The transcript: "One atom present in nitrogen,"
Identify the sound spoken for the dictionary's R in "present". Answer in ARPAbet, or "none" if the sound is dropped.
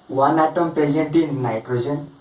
none